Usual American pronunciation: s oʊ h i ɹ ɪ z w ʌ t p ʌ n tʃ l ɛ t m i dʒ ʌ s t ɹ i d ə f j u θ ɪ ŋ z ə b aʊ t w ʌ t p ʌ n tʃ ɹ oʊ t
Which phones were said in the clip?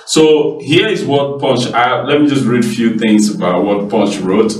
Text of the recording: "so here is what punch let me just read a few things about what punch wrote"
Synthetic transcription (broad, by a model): s oʊ h i ɹ ɪ z w ʌ t p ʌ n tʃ l ɛ t m i dʒ ʌ s t ɹ i d ə f j u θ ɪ ŋ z ə b aʊ t w ʌ t p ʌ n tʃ ɹ oʊ t